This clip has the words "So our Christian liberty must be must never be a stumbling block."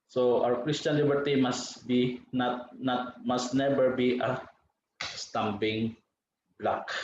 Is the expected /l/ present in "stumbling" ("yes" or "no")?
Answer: no